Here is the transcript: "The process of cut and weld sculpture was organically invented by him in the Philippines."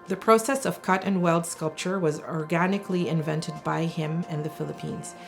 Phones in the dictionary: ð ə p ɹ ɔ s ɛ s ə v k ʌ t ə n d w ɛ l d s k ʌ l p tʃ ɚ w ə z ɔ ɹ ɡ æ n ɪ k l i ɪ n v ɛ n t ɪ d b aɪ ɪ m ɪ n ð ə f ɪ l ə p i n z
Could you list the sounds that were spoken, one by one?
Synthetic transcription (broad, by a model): ð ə p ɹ ɔ s ɛ s ə v k ʌ t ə n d w ɛ l d s k ʌ l p tʃ ɚ w ə z ɔ ɹ ɡ æ n ɪ k l i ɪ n v ɛ n t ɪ d b aɪ ɪ m ɪ n ð ə f ɪ l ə p i n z